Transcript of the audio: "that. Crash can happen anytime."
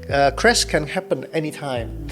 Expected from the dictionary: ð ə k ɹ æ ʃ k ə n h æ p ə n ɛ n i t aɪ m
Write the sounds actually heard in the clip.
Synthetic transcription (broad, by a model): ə k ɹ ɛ s k ə n h æ p ə n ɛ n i t aɪ m